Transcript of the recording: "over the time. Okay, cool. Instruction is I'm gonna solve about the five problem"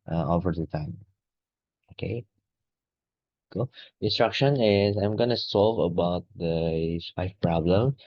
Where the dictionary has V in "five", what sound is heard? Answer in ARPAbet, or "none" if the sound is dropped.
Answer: F